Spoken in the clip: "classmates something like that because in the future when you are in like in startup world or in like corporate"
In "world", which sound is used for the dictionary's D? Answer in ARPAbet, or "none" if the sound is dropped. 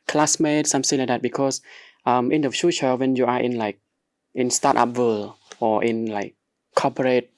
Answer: none